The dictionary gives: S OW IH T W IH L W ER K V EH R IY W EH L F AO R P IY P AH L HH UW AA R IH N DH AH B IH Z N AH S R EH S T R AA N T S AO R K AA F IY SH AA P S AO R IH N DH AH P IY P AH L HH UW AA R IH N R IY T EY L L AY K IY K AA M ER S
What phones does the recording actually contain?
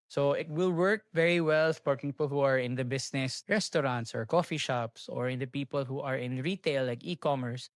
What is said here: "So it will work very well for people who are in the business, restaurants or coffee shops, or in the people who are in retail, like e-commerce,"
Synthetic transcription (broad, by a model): S OW IH T W IH L W ER K V EH R IY W EH L P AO R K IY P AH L HH UW AA R IH N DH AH B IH S N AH S R EH S T R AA N T S AO R K AA F IY SH AA P S AO R IH N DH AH P IY P AH L HH UW AA R IH N R IY T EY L L AY K IY K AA M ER S